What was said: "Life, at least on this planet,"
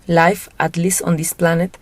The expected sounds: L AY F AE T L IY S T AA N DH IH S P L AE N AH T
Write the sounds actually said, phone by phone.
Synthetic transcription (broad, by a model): L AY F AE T L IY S AA N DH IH S P L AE N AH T